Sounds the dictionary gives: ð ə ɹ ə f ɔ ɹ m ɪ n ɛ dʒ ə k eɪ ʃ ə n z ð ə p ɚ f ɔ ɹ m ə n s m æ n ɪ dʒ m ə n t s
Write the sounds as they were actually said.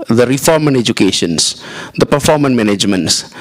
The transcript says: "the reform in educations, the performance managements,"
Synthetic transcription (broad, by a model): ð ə ɹ ə f ɔ ɹ m ɪ n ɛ dʒ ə k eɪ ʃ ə n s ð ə p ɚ f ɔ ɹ m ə n m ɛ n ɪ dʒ m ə n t s